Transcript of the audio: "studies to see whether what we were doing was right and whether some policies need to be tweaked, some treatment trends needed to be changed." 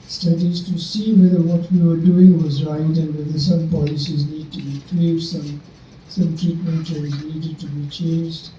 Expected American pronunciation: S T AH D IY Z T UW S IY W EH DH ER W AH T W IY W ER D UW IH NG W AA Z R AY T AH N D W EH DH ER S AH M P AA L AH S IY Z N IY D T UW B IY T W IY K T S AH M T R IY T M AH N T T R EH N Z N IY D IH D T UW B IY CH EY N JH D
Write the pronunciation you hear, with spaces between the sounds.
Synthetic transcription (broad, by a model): S T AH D IY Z T UW S IY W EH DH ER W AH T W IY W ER D UW IH NG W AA Z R AY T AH N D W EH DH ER S AH M P AA L AH S IY Z N IY D T UW B IY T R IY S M S AH M T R IY T M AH N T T EH Z N IY D IH D T UW B IY CH EY N JH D